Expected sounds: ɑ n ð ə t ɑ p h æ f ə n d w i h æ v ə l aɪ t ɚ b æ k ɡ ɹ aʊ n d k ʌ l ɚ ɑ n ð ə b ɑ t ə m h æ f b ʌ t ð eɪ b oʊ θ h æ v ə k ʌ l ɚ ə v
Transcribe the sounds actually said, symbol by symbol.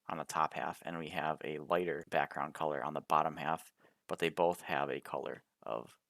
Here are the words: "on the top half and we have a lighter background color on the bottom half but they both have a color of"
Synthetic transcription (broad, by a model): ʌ n ð ə t ɑ p h æ f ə n w i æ v ə l aɪ t ɚ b æ k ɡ ɹ aʊ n k ʌ l ɚ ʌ n ð ə b ɑ t ə m h æ f b ʌ t ð eɪ b oʊ θ h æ v ə k ʌ l ɚ ə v